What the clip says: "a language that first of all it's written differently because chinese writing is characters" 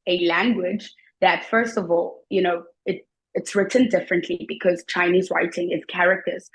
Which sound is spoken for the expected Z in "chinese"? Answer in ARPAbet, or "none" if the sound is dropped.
Z